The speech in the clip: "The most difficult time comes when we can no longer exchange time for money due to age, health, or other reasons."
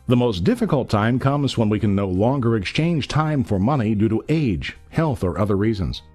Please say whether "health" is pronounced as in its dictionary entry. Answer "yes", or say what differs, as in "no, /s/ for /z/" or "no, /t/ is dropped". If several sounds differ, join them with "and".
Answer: yes